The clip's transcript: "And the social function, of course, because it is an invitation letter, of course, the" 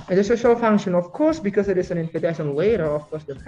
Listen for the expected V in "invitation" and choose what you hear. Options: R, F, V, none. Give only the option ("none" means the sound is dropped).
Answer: F